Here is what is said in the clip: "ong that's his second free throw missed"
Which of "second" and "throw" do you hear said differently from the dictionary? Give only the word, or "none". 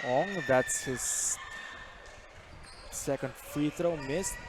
throw